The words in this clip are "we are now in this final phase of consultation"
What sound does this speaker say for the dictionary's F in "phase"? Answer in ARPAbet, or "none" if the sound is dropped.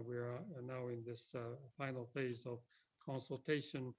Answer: F